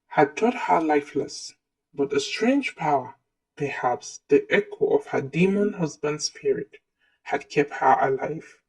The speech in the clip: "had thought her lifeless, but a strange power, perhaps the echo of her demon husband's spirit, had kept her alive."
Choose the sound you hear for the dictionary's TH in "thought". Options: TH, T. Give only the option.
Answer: T